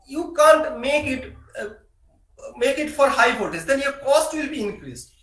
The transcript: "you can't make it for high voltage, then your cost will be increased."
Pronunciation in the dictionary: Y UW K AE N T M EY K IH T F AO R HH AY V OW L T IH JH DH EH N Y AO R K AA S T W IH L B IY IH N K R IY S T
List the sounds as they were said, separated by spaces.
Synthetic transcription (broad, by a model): Y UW K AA N T M EY K IH T F AO R HH AY F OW T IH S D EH N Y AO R K AA S T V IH L B IY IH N K R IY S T